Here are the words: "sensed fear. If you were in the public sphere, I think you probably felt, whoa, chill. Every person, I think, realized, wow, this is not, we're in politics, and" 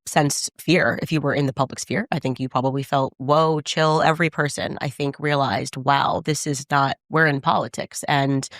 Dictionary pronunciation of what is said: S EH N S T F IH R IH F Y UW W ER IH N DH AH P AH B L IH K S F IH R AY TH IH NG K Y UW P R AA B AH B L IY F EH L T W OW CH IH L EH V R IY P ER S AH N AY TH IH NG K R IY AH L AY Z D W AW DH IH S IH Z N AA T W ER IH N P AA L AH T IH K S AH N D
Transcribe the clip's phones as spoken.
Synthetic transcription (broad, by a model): S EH N S F IH R IH F Y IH W ER IH N DH AH P AH B L IH K S F IH R AY TH IH NG K Y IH P R AA B AH B L IY F EH L T W OW CH IH L EH V R IY P ER S AH N AY TH IH NG K R IY AH L AY Z D W AW DH IH S IH Z N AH T W ER IH N P AA L AH T IH K S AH N